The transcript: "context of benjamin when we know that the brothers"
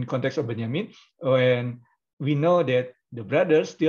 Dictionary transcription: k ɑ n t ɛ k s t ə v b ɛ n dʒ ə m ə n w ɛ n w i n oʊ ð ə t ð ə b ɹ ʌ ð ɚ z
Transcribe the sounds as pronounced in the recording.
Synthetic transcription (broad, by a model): k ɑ n t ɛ k s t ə f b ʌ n ə m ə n w ɛ n w i n oʊ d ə t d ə b ɹ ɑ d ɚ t